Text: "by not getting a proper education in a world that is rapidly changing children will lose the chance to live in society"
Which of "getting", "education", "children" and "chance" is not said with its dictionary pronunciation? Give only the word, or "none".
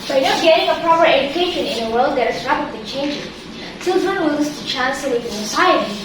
none